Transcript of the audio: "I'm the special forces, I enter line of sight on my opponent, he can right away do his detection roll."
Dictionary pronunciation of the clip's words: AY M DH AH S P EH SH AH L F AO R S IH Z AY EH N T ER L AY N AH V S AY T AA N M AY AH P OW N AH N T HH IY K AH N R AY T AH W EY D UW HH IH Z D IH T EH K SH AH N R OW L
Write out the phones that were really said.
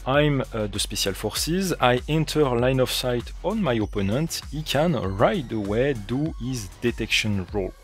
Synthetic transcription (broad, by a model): AY M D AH S P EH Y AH L F AO R S IH Z AY EH N T ER L AY N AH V S AY T AA N M AY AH P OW N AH N T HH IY K AH N R AY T AH W EY D UW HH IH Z D IH T EH K SH AH N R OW L